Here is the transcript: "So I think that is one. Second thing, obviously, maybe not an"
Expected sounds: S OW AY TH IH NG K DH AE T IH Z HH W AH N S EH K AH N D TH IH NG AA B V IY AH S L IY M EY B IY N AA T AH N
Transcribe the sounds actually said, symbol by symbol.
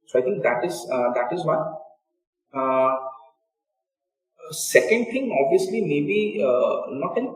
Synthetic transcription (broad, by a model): S OW AY T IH NG K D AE T IH Z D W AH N S EH K AH N D T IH NG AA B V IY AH S L IY M EY B IY N AA T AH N